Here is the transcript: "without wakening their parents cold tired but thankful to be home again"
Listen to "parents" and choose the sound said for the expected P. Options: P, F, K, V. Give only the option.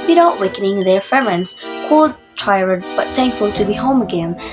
F